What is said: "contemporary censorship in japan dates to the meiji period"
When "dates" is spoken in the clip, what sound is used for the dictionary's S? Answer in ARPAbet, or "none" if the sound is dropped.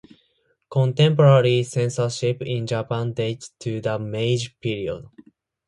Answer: none